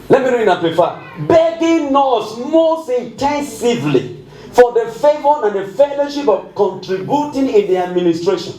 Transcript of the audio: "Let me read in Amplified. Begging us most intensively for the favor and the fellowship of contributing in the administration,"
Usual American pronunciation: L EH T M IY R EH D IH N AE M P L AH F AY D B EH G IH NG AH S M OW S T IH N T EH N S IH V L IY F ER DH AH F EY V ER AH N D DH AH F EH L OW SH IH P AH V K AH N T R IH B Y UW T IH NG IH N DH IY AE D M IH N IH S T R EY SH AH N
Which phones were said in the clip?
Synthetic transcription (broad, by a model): L EH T M IY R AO IH N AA P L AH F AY B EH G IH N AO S M OW S T IH N T EH N S IH V L IY F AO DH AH F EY V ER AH N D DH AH F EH L OW SH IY P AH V K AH N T R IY B Y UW T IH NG IH N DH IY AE D M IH N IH S T R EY SH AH N